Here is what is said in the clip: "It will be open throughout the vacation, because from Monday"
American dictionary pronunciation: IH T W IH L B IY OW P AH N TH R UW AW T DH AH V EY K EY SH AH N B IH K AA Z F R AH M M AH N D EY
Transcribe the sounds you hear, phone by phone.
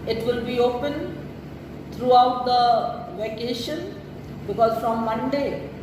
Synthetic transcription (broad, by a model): IH T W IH L B IY OW P AH N T R UW AW T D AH V EY K EY SH AH N B IH K AA Z F R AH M M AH N D EY